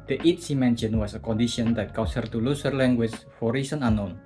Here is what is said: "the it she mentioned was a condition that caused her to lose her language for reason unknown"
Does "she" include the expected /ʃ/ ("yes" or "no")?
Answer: no